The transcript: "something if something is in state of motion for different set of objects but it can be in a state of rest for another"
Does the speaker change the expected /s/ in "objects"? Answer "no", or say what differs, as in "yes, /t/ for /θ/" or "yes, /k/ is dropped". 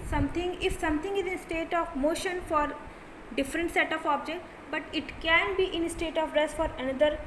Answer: yes, /s/ is dropped